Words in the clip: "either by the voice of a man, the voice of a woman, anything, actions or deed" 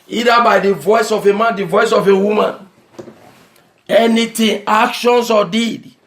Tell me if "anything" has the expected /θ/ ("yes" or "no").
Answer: no